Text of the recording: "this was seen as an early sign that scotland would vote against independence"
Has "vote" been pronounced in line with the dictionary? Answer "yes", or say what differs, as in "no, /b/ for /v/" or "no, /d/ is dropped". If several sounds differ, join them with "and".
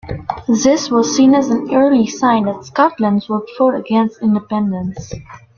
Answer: no, /f/ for /v/